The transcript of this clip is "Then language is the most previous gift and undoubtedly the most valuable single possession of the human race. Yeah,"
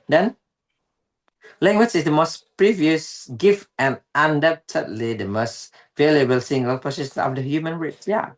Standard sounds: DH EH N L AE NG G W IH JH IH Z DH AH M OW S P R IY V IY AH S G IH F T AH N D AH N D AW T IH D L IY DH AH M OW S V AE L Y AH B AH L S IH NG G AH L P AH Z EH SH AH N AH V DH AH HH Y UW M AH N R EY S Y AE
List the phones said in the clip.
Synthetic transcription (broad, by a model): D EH N L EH NG G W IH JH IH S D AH M OW S P R IY V IY AH S G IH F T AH N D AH N D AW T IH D L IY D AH M OW S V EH L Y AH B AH L S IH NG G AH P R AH S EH S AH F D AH HH Y UW M AH N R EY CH Y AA